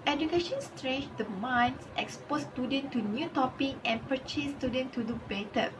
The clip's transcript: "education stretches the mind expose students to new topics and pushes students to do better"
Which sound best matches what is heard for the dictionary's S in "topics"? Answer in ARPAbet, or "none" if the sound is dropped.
none